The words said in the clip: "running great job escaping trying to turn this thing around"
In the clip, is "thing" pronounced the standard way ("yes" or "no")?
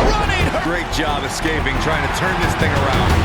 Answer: yes